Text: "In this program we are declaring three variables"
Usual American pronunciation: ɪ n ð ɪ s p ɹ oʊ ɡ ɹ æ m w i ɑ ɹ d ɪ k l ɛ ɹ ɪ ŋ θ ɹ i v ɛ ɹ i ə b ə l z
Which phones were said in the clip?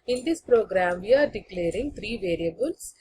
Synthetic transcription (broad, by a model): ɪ n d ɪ s p ɹ oʊ ɡ ɹ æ m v i ɑ ɹ d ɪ k l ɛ ɹ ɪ ŋ t ɹ i v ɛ ɹ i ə b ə l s